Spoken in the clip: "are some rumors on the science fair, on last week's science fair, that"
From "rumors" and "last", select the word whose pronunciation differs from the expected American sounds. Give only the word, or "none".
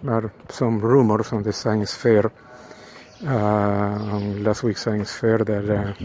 rumors